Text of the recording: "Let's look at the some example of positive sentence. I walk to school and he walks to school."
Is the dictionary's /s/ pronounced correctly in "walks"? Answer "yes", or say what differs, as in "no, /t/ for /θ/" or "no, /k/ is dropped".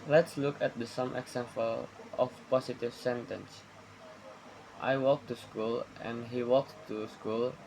no, /s/ is dropped